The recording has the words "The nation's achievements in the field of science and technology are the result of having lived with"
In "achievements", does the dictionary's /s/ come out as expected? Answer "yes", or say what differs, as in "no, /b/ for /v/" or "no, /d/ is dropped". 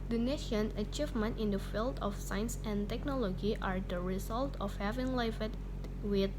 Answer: no, /s/ is dropped